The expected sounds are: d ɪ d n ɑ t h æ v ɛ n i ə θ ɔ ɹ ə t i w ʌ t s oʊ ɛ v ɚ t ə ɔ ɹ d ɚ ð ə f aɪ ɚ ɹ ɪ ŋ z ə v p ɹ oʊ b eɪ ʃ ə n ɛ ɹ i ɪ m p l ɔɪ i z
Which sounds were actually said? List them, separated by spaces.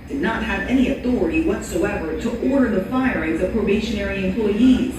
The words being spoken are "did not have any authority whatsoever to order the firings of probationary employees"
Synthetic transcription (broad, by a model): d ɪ d n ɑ t h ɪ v ɛ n i ə θ ɔ ɹ ə t i w ʌ t s oʊ ɛ v ɚ t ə ɔ ɹ d ɚ ð ə f aɪ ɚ ɹ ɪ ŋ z ə v p ɹ oʊ b eɪ ʃ ə n ɛ ɹ i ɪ m p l ɔɪ i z